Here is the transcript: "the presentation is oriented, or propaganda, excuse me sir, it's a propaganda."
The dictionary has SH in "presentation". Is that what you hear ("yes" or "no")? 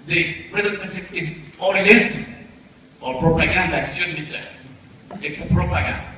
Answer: no